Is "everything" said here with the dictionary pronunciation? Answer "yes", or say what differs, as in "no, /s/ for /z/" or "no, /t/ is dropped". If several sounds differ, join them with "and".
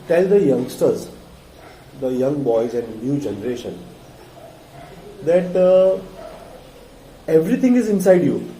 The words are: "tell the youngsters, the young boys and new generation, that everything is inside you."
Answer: no, /t/ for /θ/